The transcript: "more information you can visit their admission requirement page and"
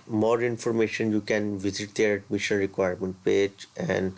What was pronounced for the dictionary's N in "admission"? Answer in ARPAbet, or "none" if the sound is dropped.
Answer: L